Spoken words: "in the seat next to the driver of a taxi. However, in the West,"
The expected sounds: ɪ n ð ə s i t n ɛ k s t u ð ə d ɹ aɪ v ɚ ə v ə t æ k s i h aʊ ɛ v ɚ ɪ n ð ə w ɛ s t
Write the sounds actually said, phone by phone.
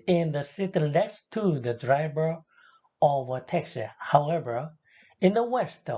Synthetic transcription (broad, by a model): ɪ n ð ə s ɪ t l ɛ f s t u ð ə d ɹ aɪ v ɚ ə v ə t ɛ k s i h aʊ ɛ v ɚ ɪ n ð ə w ɛ s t